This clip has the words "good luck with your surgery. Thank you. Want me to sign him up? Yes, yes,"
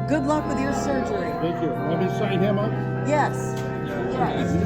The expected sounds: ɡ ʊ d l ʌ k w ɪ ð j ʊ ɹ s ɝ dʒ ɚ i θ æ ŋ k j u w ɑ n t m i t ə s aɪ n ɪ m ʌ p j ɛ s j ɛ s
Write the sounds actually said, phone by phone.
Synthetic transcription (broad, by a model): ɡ ʊ d l ʌ k w ɪ ð j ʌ ɹ s ɝ dʒ ɚ i θ æ ŋ k j u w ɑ t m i s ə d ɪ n ɪ m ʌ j j ɛ s